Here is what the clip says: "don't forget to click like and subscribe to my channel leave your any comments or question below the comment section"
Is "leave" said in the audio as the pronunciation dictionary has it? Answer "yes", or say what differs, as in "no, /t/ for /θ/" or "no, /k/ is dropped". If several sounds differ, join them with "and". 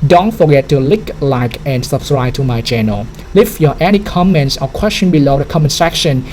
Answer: no, /f/ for /v/